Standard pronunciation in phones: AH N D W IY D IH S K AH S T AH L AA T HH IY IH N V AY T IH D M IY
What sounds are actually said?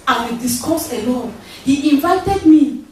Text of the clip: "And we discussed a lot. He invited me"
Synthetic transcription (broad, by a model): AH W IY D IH S K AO S AH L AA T HH IY IH N V AY T IH D M IY